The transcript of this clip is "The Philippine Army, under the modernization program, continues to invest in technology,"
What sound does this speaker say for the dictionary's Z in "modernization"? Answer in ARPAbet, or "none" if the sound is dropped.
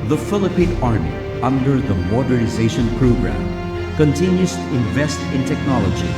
Z